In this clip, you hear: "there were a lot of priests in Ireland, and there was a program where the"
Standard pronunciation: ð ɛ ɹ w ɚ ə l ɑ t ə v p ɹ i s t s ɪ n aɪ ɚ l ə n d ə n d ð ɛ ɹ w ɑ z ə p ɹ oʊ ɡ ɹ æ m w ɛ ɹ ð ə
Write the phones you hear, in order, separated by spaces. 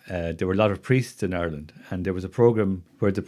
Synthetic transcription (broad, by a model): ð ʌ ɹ w ɚ ə l ɑ t ə v p ɹ i s t s ɪ n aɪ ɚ l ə n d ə n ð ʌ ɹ w ɑ z ə p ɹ oʊ ɡ ɹ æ m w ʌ ɹ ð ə